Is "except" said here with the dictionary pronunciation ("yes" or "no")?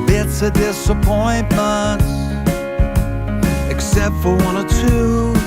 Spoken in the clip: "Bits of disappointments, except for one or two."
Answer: yes